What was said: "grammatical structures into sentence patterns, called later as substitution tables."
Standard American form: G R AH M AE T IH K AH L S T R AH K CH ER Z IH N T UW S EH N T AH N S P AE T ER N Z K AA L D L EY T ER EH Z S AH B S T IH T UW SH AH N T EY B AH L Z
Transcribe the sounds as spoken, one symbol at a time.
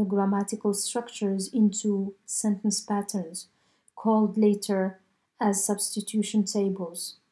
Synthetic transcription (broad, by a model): G R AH M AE T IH K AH L S T R AH K CH ER Z IH N T UW S EH N T AH N S P AE T ER N Z K AA L D L EY T ER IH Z S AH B S T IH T UW SH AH N T EY B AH L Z